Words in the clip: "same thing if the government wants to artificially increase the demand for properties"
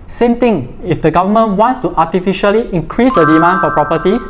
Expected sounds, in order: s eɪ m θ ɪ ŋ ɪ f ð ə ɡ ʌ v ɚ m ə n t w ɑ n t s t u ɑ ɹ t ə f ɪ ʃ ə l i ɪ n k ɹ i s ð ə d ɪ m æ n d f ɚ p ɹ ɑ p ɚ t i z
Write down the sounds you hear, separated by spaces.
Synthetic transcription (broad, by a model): s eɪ m t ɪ ŋ ɪ f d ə ɡ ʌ v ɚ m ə n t w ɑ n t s t u ɑ t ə f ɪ ʃ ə l i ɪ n k ɹ i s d ə d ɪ m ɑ n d f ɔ p ɹ ɑ p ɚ t i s